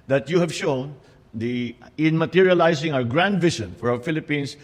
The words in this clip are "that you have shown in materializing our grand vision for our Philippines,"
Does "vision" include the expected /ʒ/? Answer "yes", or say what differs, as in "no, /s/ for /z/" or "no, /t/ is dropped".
no, /ʃ/ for /ʒ/